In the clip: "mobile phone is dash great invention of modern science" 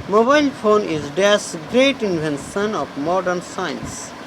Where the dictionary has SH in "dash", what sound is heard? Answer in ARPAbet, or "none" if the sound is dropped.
S